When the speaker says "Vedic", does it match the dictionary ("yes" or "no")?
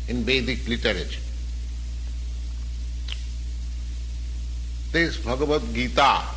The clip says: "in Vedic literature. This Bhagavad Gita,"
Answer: no